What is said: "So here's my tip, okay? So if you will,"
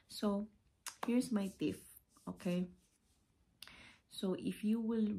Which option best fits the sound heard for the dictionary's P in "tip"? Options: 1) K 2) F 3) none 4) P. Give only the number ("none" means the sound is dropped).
2